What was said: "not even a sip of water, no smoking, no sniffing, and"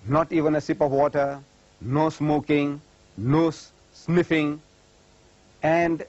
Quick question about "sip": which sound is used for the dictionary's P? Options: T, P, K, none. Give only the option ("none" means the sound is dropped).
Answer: P